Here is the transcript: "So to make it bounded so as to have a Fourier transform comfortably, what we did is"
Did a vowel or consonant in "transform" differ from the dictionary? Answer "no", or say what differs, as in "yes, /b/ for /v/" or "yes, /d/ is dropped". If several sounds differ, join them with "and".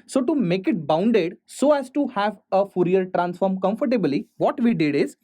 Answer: no